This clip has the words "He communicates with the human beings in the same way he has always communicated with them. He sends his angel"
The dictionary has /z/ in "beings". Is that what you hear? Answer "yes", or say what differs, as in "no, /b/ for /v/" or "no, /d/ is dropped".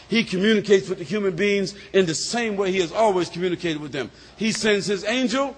yes